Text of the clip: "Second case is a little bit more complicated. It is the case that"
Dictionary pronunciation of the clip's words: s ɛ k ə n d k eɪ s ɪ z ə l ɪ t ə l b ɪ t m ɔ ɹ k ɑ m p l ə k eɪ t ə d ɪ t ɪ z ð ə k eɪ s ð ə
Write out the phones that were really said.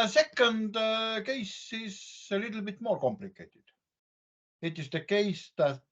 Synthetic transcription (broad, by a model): s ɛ k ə n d k eɪ s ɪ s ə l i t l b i t m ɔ l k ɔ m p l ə k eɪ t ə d ɪ t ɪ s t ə k eɪ s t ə